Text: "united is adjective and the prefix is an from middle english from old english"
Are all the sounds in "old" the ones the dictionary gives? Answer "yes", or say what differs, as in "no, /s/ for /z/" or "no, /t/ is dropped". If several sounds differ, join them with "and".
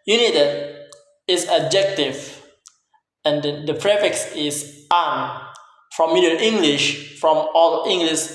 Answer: no, /d/ is dropped